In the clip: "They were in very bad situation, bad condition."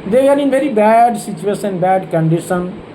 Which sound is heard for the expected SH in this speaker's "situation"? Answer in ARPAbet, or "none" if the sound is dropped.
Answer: S